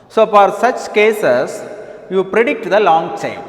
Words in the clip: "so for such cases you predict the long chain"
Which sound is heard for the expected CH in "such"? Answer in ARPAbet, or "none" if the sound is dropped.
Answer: CH